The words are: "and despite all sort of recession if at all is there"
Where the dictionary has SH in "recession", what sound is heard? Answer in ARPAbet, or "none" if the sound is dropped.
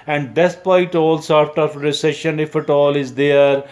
SH